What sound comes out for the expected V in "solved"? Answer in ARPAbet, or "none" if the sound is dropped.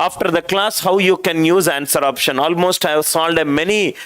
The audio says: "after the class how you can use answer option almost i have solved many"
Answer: none